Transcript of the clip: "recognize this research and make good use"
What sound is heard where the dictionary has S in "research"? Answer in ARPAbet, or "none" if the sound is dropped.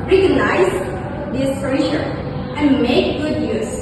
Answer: SH